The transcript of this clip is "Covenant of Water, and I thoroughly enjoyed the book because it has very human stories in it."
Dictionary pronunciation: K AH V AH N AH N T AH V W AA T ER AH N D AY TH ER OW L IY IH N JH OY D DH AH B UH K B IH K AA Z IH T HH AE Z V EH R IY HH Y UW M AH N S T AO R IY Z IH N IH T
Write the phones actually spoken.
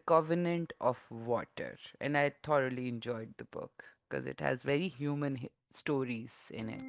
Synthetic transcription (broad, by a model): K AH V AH N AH N T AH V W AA T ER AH N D AY T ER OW L IY IH N JH OY D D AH B UH K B K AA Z IH T HH AE Z V EH R IY HH Y UW M AH N S T AO R IY Z IH N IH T